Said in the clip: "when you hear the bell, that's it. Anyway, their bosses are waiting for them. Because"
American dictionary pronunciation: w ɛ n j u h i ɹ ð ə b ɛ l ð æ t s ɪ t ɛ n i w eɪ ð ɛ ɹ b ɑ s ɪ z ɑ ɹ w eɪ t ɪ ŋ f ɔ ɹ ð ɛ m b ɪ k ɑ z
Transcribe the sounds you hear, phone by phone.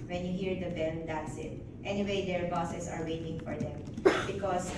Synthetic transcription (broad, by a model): w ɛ n j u h i ɹ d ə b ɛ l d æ t s ɪ t ɛ n i w eɪ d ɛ ɹ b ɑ s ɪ s ɑ ɹ w eɪ t ɪ ŋ f ɔ ɹ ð ɛ m b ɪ k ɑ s